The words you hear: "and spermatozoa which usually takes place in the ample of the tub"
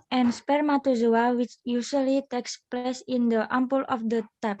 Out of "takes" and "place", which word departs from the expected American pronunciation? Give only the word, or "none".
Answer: none